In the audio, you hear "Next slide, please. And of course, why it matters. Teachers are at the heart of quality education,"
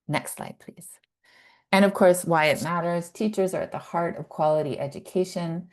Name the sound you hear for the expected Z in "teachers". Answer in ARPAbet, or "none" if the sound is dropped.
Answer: Z